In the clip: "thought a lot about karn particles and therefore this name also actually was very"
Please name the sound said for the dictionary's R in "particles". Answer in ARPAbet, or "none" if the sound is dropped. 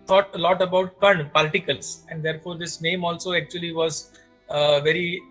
L